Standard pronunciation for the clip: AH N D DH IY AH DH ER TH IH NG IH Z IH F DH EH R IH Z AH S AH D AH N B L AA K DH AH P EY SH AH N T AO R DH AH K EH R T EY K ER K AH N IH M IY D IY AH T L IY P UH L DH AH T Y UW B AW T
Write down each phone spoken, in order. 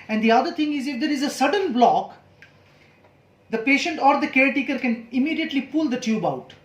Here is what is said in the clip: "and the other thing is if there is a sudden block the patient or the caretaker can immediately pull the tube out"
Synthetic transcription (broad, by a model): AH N D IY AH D ER T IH NG IH Z IH F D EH R IH Z AH S AH D AH N B L AA K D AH P EY SH AH N T AO R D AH K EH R T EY K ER K AH N IH M IY D IY AH T L IY P UH L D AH T Y UW B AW T